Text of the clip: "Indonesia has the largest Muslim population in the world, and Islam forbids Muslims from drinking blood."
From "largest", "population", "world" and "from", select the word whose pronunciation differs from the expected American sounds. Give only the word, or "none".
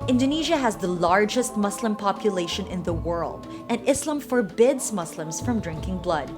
none